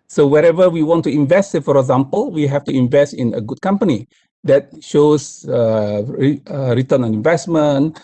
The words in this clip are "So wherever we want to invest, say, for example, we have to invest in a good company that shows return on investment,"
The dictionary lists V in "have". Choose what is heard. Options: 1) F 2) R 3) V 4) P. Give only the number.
1